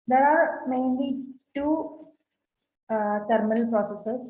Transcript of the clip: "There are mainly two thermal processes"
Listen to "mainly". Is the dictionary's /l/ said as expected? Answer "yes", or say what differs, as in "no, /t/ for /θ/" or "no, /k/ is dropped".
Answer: yes